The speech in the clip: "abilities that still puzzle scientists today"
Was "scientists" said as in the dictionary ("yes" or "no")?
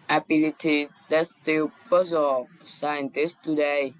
yes